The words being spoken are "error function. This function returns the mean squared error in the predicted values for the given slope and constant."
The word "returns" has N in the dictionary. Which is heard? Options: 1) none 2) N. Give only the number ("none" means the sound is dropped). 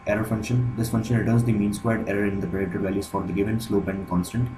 1